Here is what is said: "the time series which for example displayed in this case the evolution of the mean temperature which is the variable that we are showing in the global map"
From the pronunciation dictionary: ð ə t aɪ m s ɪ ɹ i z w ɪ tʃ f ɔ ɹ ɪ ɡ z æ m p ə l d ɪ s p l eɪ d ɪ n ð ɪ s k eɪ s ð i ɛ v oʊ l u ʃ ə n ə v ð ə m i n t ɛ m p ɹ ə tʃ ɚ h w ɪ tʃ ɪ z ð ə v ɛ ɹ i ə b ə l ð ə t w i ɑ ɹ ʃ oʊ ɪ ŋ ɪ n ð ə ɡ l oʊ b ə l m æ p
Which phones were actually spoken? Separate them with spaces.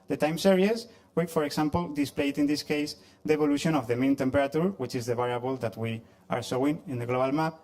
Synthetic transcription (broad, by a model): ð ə t aɪ m s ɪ ɹ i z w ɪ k f ɔ ɹ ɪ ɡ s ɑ m p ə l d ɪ s p l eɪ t ɪ n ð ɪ s k eɪ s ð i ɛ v oʊ l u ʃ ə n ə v ð ə m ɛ n t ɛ m p ɹ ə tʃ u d w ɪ tʃ ɪ z ð ə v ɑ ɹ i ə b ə l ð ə t w i ɑ ɹ s oʊ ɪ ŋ ɪ n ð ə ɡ l oʊ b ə l m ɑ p